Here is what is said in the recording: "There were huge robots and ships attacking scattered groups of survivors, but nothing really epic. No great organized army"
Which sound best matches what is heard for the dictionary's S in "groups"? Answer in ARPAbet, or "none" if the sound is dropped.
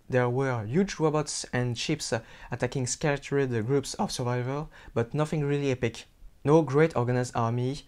S